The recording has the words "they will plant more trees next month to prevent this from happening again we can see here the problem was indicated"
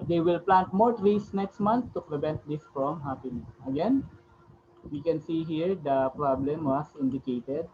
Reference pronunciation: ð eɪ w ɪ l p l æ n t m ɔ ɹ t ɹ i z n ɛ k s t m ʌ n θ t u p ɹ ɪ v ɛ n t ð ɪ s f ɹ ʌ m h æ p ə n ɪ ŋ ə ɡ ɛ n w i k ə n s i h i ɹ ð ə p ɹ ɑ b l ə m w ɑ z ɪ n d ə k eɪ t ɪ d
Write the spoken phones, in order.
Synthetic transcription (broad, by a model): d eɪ w ɪ l p l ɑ n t m ɔ ɹ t ɹ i s n ɛ k s t m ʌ n t t u p ɹ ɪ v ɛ n t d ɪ s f ɹ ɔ m h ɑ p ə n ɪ ə ɡ ɛ n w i k ə n s i h i ɹ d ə p ɹ ɑ b l ə m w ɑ s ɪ n d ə k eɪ t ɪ d